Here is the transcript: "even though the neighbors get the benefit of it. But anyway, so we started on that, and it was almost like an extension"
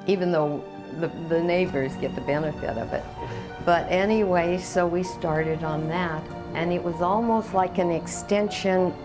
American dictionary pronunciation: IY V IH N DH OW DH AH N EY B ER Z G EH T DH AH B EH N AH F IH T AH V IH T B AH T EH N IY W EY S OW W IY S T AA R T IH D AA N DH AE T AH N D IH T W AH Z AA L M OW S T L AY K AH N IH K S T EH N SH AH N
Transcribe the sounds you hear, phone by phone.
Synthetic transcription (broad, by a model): IY V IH N DH OW DH AH N EY B ER Z G EH T DH AH B EH N AH F IH T AH V IH T B AH T EH N IY W EY S OW W IY S T AA R T IH D N DH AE T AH N IH T W AH Z AA L M OW S T L AY K AH N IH K S T EH N SH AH N